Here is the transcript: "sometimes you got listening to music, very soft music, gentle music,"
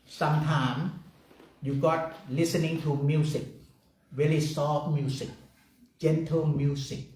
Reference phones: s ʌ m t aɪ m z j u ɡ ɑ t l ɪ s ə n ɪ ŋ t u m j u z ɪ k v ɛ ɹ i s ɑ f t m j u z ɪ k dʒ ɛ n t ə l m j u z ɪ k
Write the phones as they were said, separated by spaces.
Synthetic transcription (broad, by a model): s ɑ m t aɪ m j u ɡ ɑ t l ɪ s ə n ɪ ŋ t u m j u s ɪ k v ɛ l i s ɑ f m j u s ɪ k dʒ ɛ n t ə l m j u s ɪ k